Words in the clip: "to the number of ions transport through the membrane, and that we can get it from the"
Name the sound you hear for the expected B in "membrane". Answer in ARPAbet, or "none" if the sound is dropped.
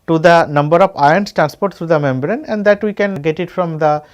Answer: B